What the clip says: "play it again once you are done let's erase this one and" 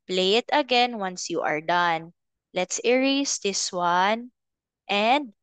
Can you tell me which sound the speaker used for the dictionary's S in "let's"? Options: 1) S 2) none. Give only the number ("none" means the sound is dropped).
1